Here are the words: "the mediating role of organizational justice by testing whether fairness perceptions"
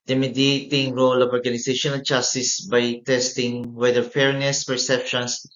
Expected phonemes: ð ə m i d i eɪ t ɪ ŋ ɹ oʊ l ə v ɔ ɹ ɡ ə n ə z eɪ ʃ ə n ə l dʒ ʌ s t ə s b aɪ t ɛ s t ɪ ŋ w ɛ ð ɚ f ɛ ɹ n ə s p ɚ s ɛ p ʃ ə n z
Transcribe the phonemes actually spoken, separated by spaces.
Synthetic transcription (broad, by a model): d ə m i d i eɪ t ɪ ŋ ɹ oʊ l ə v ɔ ɹ ɡ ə n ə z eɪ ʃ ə n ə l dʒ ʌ s t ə s b aɪ t ɛ s t ɪ ŋ w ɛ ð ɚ f ɛ ɹ n ə s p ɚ s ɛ p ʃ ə n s